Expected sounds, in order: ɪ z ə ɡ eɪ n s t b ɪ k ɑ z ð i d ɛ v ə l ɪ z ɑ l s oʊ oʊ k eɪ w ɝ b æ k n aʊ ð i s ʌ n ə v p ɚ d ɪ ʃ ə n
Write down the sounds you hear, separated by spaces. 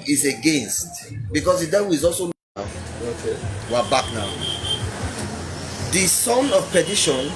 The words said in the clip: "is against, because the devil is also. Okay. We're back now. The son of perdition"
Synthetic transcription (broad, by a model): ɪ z ə ɡ eɪ n s t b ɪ k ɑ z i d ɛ w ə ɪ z ɑ l s oʊ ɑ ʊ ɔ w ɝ b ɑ k n aʊ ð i s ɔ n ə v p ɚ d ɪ ʃ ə n